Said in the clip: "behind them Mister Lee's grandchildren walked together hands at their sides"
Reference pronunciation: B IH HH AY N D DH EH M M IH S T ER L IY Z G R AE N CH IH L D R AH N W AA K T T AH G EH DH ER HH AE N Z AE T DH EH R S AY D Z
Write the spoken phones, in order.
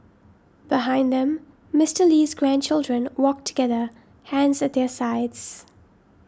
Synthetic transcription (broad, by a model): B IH HH AY N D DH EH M M IH S T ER L IY Z G R AE N CH IH L D R AH N W AA K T T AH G EH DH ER HH AE N Z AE T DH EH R S AY D Z